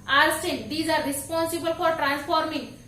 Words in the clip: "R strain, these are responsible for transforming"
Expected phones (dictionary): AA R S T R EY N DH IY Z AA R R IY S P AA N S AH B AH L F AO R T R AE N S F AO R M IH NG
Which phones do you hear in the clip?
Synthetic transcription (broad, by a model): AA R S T EY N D IY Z AA R R IY S P AA N S AH B AH L F AO R T R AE N S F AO R M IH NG